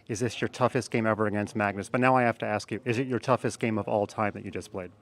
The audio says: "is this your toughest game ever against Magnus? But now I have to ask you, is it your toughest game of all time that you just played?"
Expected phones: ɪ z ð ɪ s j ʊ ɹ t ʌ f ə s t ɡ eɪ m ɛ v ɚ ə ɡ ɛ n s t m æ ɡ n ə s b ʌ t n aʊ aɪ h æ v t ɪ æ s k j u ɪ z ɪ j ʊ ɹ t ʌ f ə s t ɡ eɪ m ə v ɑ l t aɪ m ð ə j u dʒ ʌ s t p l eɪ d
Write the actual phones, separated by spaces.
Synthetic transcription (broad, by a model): ɪ z ð ɪ s j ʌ ɹ t ʌ f ə s t ɡ eɪ m ɛ v ɚ ə ɡ ɛ n s t m æ ɡ n ə s b ʌ t n aʊ aɪ h æ f t ɪ æ s k j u ɪ z ɪ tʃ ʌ ɹ t ʌ f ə s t ɡ eɪ m ə v ɑ l t aɪ m ð ə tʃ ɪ dʒ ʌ s p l eɪ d